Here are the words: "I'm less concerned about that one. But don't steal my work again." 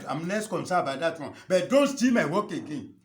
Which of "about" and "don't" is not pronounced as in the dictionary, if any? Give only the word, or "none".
about